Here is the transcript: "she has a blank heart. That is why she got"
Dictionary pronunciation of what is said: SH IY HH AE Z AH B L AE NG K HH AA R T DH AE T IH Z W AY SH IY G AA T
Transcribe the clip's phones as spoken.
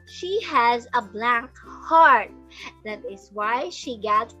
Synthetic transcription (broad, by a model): SH IY HH AE Z AH B L AE NG K HH AA R T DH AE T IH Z W AY SH IY G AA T